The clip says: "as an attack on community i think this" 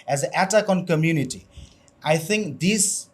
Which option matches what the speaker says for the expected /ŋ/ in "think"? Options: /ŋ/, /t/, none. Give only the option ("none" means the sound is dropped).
/ŋ/